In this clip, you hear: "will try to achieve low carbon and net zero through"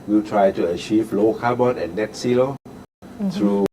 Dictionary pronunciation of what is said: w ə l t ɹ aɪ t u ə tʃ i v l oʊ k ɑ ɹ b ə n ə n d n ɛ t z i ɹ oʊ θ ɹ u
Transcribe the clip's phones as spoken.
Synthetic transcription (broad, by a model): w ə t ɹ aɪ t u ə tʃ i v l oʊ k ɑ b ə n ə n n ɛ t s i l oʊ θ ɹ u